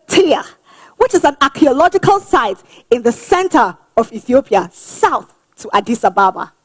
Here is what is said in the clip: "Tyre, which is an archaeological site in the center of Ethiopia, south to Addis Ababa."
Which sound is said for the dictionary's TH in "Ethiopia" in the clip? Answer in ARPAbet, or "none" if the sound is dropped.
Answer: TH